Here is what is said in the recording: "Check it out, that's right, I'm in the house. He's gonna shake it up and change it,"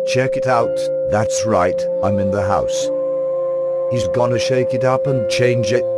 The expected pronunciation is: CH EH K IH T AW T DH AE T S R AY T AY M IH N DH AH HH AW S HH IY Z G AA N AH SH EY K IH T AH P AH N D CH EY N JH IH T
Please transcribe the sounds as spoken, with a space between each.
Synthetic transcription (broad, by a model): CH EH K IH T AW T DH AE T S R AY T AY M IH N DH AH HH AW S HH IY Z G AA N AH SH EY K IH T AH P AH N CH EY N JH IH T